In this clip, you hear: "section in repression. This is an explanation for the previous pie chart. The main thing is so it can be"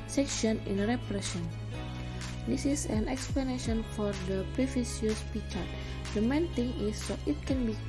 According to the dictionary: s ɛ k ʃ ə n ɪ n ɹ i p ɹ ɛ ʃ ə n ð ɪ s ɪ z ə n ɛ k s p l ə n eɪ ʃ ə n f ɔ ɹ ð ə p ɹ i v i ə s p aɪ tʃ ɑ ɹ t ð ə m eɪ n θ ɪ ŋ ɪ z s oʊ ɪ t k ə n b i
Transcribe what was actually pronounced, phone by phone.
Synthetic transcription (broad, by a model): s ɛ k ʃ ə n ɪ n ɹ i p ɹ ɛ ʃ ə n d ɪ s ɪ s ə n ɛ k s p l ə n eɪ ʃ ə n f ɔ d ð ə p ɹ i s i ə s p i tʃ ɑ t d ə m eɪ n t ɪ ŋ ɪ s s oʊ ɪ t k ə n b i